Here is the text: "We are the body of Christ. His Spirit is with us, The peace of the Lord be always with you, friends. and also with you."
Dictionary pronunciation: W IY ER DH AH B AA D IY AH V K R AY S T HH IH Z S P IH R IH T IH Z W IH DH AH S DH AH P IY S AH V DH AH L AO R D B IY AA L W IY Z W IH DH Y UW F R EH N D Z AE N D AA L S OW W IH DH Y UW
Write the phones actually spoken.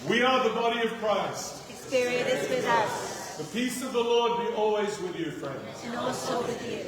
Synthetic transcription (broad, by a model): W IY ER DH AH B AA D IY AH V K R AY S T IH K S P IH R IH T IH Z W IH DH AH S DH AH P IY S AH V DH AH L AO R D B IY AA L W IY Z W IH DH Y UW F R EH N D Z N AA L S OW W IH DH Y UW